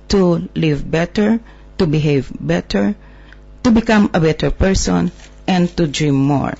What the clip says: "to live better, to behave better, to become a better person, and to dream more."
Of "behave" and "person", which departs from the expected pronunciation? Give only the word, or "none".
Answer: none